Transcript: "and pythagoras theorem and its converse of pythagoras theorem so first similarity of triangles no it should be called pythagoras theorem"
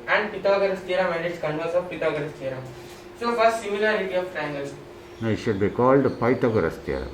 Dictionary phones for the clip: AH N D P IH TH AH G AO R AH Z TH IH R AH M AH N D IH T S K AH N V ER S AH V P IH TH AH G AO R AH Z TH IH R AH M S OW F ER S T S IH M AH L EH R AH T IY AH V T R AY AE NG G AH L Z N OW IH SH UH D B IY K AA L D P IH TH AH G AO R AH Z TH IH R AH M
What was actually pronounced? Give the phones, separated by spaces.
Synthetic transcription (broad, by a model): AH N D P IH T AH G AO R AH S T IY R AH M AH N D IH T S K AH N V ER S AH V P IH T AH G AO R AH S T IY R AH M S OW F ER T S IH M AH L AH R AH T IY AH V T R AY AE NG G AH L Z N OW IH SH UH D B IY K AA L D P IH T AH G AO R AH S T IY R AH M